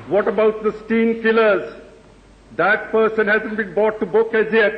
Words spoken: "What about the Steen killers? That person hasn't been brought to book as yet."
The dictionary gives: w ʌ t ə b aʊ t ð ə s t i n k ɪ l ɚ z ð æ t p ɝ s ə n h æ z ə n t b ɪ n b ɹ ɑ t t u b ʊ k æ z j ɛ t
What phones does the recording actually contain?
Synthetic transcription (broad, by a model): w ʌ t ə b aʊ t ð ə s t i n k ɪ l ɚ z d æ t p ɝ s ə n h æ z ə n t b ɪ n b ɑ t t u b ʊ k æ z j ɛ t